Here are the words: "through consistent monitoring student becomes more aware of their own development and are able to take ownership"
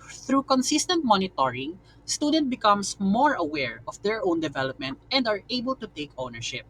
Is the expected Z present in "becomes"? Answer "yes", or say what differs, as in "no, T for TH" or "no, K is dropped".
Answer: no, S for Z